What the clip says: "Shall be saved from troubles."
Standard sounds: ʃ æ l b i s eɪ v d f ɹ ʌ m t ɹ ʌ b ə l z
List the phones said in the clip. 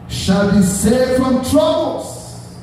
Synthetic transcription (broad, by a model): ʃ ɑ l b i s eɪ d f ɹ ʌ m t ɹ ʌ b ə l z